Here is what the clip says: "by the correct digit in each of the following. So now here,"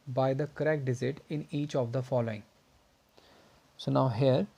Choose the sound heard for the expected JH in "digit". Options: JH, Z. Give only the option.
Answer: Z